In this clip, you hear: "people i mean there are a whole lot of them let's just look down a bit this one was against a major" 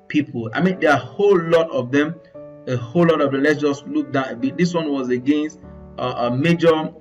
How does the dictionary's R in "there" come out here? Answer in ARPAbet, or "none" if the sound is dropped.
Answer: L